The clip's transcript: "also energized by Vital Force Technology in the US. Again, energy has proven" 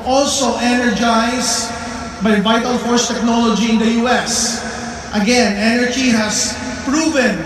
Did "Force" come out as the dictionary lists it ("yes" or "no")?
yes